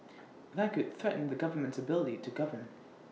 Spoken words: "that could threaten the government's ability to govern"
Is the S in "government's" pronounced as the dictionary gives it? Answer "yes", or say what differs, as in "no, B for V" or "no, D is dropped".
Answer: yes